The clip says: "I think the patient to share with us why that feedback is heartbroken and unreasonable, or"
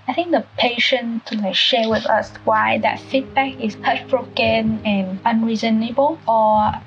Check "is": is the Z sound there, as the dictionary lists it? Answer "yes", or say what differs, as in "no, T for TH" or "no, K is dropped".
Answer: no, S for Z